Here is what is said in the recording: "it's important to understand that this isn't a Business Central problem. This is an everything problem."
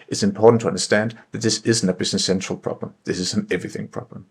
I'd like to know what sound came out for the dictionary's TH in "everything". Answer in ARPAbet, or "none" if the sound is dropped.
TH